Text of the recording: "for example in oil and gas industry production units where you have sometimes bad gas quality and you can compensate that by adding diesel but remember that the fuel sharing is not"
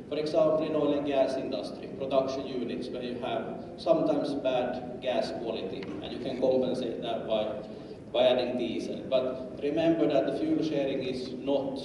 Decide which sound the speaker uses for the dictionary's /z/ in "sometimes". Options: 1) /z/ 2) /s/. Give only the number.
2